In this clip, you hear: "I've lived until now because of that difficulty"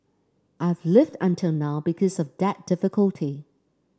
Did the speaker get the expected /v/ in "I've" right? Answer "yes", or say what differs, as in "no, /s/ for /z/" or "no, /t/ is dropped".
yes